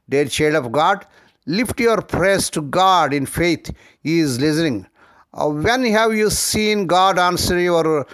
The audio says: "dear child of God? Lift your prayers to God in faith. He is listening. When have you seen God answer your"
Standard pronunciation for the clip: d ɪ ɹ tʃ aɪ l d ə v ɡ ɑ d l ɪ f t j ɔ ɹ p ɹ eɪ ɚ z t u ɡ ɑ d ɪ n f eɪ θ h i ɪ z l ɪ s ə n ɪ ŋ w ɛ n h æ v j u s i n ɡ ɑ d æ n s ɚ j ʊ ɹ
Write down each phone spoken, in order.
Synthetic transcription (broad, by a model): d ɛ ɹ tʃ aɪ d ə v ɡ ɑ d l ɪ f t j ɔ ɹ p ɹ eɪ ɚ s t u ɡ ɑ d ɪ n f eɪ t h i ɪ z l ɪ s ə n ɪ ŋ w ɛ n h æ v j u s i n ɡ ɑ d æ n s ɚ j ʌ ɹ